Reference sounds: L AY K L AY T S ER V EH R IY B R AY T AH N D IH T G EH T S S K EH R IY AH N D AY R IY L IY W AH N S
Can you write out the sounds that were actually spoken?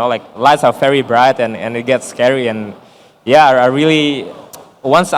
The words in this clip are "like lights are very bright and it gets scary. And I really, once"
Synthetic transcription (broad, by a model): L AY K L AY T S ER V EH R IY B R AY T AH N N IH T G EH T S S K EH R IY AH N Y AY R IY L IY W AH N S